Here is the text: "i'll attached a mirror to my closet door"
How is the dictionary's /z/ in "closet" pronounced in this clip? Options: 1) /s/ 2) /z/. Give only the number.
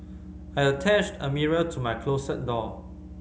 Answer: 1